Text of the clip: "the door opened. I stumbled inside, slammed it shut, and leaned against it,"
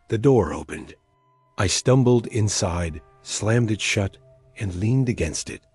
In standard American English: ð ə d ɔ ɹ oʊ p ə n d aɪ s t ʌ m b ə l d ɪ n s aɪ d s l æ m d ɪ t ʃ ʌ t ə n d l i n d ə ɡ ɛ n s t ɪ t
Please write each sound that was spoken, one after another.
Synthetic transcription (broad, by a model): ð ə d ɔ ɹ oʊ p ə n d aɪ s t ʌ m b l d ɪ n s aɪ d s l æ m d ɪ t ʃ ʌ t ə n l i n d ə ɡ ɛ n s t ɪ t